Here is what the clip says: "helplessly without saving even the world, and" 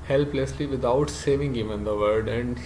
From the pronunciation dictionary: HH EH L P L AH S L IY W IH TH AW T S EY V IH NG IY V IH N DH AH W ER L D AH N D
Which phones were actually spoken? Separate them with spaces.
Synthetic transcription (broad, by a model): HH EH L P L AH S L IY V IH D AW T S EY V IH NG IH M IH N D AH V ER D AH N D